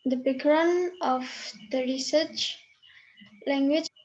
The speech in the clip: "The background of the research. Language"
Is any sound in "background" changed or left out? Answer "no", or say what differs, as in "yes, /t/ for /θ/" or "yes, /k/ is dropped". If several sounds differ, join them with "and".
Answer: yes, /d/ is dropped